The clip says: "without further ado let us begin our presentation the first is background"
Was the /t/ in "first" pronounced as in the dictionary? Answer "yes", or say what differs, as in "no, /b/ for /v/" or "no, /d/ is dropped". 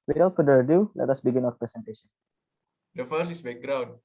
no, /t/ is dropped